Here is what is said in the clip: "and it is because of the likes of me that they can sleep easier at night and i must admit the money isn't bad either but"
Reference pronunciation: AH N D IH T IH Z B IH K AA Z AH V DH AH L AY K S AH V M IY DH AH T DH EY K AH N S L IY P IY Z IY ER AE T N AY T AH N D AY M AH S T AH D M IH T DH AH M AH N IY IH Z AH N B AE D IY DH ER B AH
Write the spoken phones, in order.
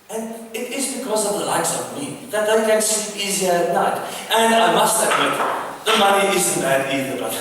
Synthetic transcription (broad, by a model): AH N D IH T IH Z B IH K AA Z AH V DH AH L AY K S AH V M IY DH AH T DH EY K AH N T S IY IY Z IY ER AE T N AY T AH N D AY M AH S T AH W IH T DH AH M AH N IY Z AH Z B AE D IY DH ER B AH